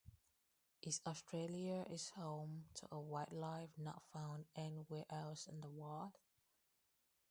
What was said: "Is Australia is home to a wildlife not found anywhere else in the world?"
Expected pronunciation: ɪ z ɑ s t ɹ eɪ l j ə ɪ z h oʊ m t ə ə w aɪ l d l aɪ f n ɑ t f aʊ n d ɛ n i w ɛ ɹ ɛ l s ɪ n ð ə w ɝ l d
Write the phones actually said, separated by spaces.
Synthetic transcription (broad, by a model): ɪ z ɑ s t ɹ eɪ l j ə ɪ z h oʊ m t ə ə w aɪ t l aɪ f n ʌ t f aʊ n d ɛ n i w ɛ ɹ ɛ l s ɪ n ð ə w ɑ d